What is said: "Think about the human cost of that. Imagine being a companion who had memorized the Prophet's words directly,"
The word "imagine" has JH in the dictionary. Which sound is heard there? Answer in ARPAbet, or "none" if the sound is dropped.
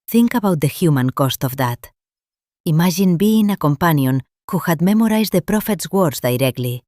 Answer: ZH